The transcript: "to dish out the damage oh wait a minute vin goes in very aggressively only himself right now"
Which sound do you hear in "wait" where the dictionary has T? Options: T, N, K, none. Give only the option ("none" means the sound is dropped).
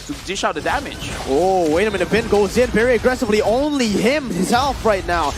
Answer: none